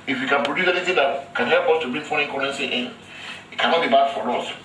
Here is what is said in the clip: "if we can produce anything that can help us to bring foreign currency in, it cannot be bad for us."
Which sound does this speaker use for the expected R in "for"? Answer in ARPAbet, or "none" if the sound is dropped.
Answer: L